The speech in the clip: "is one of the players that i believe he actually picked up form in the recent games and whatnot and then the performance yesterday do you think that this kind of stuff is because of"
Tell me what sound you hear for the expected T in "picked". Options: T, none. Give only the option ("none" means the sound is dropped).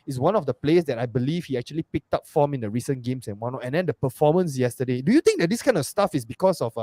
T